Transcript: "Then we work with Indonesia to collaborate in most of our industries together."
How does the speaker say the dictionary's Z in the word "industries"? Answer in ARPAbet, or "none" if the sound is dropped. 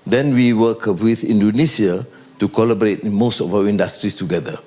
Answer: S